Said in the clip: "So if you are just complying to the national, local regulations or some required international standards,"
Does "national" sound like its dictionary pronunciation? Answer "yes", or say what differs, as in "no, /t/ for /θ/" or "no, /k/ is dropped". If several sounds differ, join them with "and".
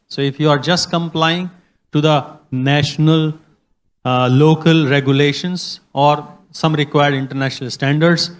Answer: yes